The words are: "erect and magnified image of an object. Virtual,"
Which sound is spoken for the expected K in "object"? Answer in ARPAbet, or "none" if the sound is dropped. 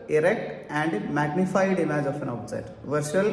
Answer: none